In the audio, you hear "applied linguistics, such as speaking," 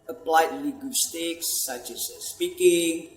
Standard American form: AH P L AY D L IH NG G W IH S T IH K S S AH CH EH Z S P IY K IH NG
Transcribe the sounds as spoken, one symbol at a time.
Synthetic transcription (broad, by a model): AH P L AY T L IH G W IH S T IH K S S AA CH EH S S P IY K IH NG